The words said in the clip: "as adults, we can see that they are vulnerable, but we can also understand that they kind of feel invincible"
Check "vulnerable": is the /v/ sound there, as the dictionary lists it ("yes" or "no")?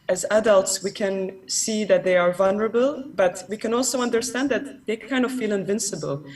yes